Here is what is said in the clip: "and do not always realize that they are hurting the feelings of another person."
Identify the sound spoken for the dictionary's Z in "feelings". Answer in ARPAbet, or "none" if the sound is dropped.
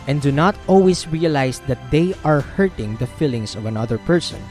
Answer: S